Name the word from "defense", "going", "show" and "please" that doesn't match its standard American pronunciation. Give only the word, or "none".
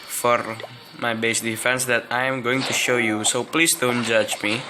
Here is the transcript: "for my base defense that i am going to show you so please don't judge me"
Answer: please